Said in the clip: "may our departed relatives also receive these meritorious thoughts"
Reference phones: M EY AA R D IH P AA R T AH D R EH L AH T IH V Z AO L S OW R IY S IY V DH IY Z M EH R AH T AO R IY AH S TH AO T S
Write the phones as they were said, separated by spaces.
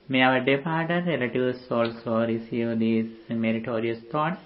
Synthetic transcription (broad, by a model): M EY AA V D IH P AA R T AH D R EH L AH T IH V S AO L S OW R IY S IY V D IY M EH R AH T AO R IY AH S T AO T